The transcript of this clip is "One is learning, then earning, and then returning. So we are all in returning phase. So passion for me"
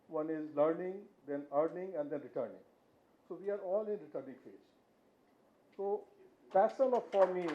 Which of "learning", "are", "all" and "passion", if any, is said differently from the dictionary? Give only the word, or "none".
passion